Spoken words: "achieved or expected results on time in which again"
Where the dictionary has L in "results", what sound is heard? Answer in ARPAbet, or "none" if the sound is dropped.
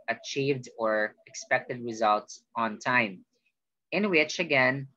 L